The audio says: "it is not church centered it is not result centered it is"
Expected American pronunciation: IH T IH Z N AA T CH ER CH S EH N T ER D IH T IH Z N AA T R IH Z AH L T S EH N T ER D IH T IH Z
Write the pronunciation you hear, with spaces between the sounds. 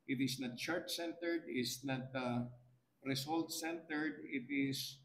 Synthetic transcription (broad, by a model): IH T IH S N AA T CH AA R S EH N T ER D IH T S N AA T R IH S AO L T S EH N T ER D IH T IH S